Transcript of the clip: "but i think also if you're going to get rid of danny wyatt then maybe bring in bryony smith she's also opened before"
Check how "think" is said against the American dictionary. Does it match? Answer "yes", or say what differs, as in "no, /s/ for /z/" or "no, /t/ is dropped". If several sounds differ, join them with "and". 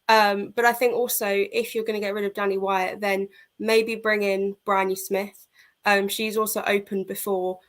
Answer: yes